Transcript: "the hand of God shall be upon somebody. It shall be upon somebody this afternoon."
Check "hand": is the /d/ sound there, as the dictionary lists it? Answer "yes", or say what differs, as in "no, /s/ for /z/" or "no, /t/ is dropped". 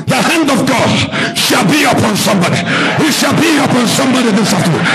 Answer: yes